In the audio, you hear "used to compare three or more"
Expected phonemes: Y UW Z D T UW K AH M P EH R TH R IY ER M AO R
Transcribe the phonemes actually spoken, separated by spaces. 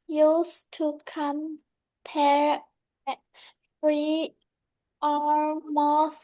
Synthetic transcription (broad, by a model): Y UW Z T UW K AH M P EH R F R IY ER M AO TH